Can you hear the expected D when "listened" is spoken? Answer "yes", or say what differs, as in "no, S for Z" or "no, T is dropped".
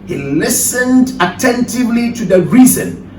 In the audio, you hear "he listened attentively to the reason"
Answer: yes